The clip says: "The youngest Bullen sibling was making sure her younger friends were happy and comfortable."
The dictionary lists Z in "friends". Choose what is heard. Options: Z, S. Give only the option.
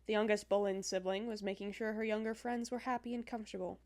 Z